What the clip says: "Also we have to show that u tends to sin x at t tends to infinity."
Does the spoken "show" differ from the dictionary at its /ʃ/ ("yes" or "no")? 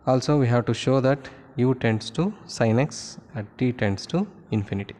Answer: no